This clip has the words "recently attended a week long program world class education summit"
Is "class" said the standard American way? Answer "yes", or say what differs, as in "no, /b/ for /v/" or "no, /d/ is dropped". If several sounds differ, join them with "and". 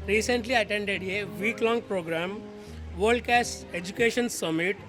no, /l/ is dropped